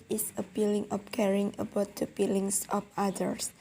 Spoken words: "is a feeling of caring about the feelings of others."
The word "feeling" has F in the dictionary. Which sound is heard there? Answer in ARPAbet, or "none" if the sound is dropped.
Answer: P